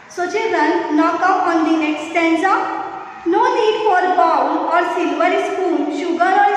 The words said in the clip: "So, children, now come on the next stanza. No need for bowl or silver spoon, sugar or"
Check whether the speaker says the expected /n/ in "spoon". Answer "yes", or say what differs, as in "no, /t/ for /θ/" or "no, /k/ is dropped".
no, /l/ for /n/